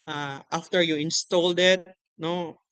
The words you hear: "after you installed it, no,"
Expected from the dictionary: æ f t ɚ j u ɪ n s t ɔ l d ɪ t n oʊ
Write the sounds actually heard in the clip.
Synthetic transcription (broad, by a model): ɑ f t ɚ j u ɪ n s t ɔ l d ɪ t n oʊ